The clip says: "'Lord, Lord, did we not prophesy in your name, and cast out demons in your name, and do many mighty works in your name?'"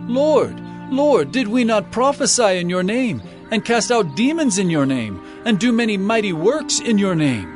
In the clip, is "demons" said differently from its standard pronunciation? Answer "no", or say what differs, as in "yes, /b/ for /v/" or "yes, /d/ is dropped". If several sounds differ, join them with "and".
no